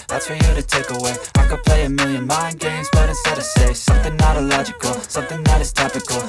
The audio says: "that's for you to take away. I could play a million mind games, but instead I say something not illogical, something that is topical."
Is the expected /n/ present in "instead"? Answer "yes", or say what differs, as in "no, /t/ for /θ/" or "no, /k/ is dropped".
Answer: no, /n/ is dropped